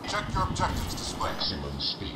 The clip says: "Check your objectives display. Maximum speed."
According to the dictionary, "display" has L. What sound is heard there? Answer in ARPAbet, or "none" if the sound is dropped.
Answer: none